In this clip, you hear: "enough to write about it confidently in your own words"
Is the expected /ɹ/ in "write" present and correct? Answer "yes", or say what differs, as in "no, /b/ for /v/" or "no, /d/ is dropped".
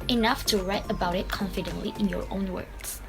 yes